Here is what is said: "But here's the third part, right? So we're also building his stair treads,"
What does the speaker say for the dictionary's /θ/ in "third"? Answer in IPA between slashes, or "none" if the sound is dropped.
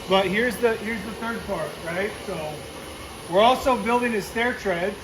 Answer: /θ/